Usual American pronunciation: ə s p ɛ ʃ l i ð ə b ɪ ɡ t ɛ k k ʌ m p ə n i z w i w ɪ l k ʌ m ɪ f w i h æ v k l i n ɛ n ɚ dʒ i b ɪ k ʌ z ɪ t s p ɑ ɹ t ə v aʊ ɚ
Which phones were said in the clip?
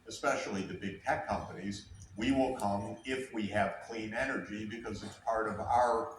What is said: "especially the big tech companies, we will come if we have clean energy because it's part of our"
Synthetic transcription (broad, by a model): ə s p ɛ ʃ l i ð ə b ɪ ɡ t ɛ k k ʌ m p ə n i z w i w ɪ l k ʌ m ɪ f w i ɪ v k l i n ɛ n ɚ dʒ i b ɪ k ʌ z ɪ t s p ɑ ɹ t ə v aʊ ɚ